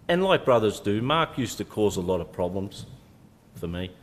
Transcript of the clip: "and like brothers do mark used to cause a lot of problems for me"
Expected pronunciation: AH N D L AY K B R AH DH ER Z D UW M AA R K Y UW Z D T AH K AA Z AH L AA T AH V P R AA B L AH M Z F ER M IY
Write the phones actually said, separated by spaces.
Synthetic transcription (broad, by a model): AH N L AY K B R AH DH ER Z D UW M AA R K Y UW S T AH K AA Z AH L AA T AH V P R AA B L AH M Z F ER M IY